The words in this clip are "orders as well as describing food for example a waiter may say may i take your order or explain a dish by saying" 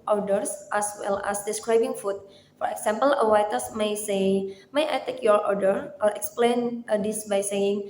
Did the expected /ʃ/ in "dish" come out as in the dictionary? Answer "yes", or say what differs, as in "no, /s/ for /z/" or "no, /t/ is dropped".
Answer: no, /s/ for /ʃ/